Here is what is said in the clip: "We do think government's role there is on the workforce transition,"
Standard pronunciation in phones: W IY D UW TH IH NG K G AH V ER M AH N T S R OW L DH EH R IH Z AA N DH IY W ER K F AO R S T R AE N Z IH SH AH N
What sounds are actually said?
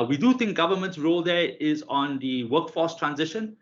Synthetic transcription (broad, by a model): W IY D UW T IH NG K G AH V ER M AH N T S R OW L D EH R IH Z AA N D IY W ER K F AO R S T R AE N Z IH SH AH N